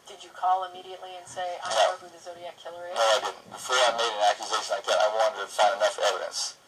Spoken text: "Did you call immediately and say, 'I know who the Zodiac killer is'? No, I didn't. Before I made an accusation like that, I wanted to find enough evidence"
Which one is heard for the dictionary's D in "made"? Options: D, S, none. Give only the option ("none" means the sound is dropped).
D